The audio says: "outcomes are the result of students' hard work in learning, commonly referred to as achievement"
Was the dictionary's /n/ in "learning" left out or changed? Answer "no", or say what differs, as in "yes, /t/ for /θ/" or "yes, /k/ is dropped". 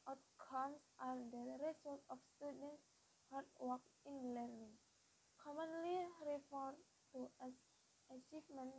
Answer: no